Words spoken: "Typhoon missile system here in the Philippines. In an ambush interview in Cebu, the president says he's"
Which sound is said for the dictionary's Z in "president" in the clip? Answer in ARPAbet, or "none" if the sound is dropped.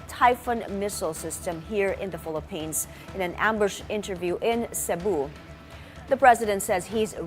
Z